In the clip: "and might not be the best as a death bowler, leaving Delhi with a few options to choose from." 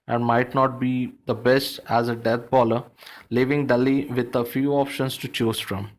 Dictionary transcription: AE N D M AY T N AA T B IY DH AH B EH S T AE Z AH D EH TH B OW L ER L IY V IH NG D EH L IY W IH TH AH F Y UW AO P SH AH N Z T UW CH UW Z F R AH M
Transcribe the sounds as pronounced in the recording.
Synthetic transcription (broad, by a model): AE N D M AY T N AA T B IY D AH B EH S T AE Z AH D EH T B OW L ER L IY V IH NG D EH L IY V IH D AH F Y UW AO P SH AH N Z T UW CH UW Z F R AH M